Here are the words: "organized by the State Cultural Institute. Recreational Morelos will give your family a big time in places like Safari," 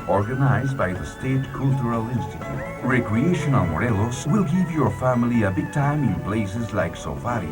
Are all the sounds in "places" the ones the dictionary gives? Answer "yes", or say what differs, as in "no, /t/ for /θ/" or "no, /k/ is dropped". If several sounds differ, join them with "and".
no, /b/ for /p/